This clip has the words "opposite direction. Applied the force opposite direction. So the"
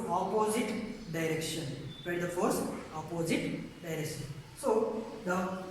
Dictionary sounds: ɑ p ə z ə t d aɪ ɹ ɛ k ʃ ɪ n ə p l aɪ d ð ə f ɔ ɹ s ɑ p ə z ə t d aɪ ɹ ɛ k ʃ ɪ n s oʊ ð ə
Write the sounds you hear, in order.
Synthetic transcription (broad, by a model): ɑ p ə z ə t d aɪ ɹ ɛ k ʃ ɪ n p aɪ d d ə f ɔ ɹ s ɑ p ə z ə t d aɪ ɹ ɛ k ʃ ɪ n s oʊ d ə